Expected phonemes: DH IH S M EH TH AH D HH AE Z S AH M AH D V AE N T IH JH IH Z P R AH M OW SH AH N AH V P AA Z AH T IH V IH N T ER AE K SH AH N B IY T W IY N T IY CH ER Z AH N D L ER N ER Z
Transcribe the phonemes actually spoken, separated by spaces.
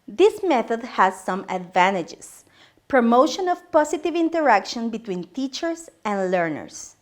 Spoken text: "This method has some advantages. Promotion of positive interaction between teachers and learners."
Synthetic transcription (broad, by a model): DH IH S M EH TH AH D HH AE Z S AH M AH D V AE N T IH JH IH S P R AH M OW SH AH N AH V P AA S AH T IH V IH N T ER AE K SH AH N B IY T W IY N T IY CH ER S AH N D L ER N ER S